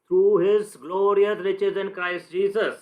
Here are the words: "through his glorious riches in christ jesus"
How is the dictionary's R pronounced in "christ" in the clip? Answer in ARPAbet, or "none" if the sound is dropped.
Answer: R